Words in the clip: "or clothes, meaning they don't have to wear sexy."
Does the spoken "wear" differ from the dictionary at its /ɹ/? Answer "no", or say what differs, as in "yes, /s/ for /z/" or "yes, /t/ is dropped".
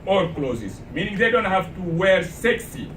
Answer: no